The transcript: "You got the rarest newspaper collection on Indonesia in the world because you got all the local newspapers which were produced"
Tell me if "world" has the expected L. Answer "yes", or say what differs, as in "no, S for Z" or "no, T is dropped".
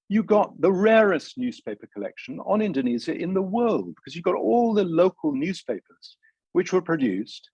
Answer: yes